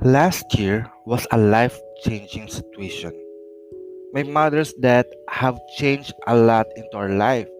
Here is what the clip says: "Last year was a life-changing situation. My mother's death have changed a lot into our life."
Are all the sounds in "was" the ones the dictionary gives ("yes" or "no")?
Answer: no